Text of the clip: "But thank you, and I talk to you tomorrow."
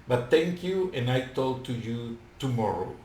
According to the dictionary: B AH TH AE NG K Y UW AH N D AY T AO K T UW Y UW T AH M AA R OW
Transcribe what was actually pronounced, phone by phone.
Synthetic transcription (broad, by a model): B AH T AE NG K Y UW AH N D AY T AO T UW Y UW T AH M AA R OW